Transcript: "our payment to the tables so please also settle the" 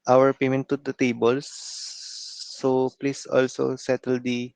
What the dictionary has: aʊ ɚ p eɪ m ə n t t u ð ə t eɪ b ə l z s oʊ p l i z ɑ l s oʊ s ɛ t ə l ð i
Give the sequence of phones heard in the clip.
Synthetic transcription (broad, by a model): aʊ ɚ p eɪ m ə n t t u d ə t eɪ b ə l s oʊ p l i s ɑ l s oʊ s ɛ t ə l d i